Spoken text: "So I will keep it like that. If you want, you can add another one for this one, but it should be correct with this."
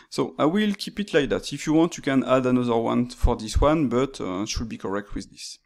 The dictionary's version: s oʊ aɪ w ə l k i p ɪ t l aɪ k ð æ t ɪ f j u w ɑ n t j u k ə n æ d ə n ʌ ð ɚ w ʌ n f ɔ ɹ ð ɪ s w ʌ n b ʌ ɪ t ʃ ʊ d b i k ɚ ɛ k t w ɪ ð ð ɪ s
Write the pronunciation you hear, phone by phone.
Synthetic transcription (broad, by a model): s oʊ aɪ w ə l k i p ɪ t l aɪ k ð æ t ɪ f j u w ɑ n t j u k ə n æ d ə n ʌ ð ɚ w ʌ n f ɔ ɹ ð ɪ s w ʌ n b ʌ t ʃ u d b i k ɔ ɛ k t w ɪ ð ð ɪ s